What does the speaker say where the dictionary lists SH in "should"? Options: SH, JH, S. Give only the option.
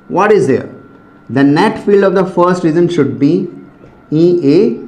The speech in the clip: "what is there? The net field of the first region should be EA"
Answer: SH